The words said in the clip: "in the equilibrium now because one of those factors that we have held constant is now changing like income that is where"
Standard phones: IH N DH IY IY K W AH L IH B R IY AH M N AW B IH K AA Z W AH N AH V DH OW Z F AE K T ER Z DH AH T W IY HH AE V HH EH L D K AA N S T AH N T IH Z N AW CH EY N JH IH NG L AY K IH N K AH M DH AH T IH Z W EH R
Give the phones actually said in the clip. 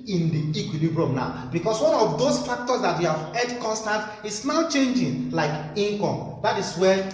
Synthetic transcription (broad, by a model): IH N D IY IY K W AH L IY B R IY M N AW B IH K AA S W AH N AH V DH OW S F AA K T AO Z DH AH T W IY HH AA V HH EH D K AA N S T AH N T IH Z N AW CH EY N JH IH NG L AY K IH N K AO M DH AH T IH S W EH